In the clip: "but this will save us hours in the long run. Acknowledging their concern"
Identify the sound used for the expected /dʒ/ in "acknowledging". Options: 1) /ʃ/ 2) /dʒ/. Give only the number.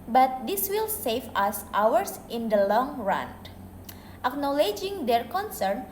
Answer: 2